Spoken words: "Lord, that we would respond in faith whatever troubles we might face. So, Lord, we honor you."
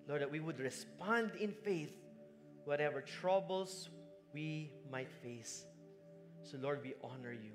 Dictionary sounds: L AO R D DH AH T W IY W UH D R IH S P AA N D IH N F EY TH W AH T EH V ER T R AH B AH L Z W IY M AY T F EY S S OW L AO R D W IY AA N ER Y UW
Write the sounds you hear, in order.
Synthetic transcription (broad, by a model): L AO R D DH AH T W IY W UH D R IH S P AA N D IH N F EY TH W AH T EH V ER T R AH B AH L S W IY M AY T F EY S S OW L AO R D W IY AA N ER Y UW